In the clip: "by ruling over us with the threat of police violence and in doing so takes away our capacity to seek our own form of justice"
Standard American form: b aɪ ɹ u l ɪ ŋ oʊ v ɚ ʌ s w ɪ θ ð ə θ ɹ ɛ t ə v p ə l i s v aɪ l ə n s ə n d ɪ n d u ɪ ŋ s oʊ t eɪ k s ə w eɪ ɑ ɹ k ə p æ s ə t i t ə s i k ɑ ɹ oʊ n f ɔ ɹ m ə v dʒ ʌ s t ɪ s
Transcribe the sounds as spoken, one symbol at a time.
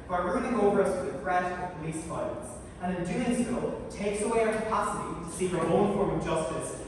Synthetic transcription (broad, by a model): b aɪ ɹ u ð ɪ ŋ oʊ v ɚ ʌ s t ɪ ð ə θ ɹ ɛ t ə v p ə l i s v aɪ ə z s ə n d ɪ n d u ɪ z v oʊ t eɪ k s ə w eɪ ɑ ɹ k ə p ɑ s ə t i t ə s i ʌ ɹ oʊ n f ɔ ɹ m ə v dʒ ʌ s t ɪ s